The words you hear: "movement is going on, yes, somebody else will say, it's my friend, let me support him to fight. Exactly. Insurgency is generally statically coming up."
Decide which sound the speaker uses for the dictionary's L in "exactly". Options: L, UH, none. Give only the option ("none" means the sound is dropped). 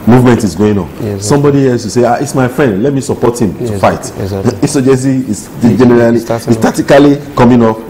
none